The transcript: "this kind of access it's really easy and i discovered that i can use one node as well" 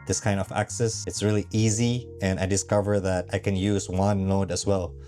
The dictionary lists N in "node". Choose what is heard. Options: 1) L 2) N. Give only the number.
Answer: 1